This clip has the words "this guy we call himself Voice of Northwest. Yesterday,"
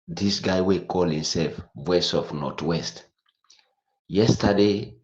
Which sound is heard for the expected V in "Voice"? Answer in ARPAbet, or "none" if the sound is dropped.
W